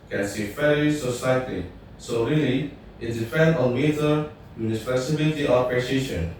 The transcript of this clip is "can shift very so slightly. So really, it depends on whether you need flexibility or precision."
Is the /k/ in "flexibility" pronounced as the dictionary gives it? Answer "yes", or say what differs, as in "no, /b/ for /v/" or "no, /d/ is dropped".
no, /k/ is dropped